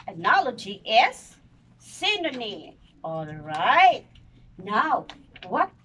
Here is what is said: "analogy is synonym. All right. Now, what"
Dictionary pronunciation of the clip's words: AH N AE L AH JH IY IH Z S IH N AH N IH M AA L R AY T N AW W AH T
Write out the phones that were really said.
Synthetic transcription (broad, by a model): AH N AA L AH JH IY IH S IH N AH N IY AA L R AY T N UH W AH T